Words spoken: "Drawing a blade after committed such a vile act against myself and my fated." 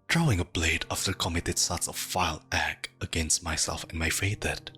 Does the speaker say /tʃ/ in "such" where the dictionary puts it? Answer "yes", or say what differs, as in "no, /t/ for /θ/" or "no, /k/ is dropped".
no, /s/ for /tʃ/